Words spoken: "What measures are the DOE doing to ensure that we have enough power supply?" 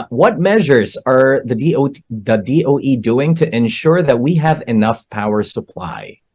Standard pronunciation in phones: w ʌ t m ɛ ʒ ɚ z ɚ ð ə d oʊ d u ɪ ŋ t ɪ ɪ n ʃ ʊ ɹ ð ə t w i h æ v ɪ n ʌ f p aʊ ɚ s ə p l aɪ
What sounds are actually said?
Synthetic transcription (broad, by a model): w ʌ t m ɛ ʒ ɚ z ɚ ð ə d oʊ d u ɪ ŋ t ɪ ɪ n ʃ ʊ ɹ ð ə t w i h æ v ɪ n ʌ f p aʊ ɚ s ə p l aɪ